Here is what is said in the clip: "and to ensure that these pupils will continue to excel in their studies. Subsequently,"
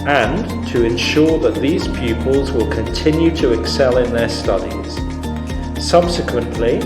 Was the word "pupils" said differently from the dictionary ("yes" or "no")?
no